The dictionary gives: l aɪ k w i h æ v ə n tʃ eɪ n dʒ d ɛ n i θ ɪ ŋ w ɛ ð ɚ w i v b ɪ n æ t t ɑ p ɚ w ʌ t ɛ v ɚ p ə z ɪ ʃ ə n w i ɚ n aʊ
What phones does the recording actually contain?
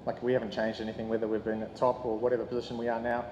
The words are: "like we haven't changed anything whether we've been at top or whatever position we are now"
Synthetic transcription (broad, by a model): l aɪ k w i h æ v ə n tʃ eɪ n dʒ d ɛ n i θ ɪ ŋ w ɛ ð ɚ w i v b ɪ n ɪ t t ɑ p ɚ w ʌ t ɛ v ɚ p ə z ɪ ʃ ə n w i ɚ n aʊ